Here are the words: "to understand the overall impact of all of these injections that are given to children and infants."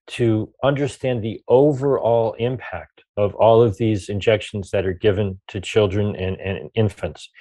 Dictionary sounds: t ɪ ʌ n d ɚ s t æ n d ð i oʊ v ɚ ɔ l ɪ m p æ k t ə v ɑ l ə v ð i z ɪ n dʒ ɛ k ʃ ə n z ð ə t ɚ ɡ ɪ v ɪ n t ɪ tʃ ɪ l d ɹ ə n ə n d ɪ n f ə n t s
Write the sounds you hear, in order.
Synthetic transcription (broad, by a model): t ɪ ʌ n d ɚ s t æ n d ð i oʊ v ɚ ɔ l ɪ m p æ k t ə v ɑ l ə v ð i z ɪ n dʒ ɛ k ʃ n z ð ə t ɚ ɡ ɪ v ɪ n t ɪ tʃ ɪ l d ɹ ə n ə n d ɪ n f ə n t s